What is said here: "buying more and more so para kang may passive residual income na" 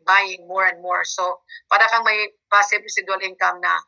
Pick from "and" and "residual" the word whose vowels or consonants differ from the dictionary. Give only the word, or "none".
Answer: residual